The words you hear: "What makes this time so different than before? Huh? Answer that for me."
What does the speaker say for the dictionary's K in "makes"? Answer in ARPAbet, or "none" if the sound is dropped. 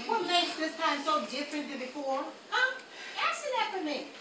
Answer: none